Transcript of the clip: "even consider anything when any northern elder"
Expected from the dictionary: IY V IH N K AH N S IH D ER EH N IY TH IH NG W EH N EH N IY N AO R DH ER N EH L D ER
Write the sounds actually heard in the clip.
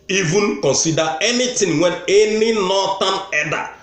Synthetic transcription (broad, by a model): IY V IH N K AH N S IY D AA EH N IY T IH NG W EH N EH N IY N AO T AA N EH D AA